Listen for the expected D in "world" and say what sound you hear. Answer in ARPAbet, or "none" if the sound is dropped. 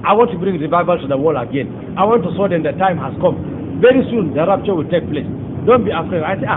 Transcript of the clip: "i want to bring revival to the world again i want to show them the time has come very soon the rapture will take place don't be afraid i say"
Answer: none